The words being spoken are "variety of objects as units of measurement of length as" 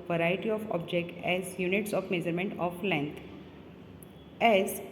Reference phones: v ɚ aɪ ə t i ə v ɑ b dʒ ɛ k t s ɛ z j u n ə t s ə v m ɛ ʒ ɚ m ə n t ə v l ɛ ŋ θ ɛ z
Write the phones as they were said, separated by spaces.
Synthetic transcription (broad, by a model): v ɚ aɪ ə t i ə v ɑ b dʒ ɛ k t ɛ z j u n ə t s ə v m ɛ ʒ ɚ m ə n t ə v l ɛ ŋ t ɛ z